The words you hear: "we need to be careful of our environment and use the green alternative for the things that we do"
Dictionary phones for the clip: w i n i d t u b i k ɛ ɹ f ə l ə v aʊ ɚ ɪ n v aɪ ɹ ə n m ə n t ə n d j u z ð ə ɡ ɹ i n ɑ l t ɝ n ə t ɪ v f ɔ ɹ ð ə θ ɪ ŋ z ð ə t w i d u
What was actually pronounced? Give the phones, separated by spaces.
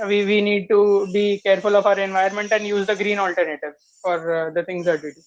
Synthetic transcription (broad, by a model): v i n i d t u b i k ɛ ɹ f ə l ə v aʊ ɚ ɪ n v aɪ ə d m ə n t ə n d j u z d ə ɡ ɹ i n ɑ l t ɝ n ə t ɪ v f ɔ ɹ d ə t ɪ ŋ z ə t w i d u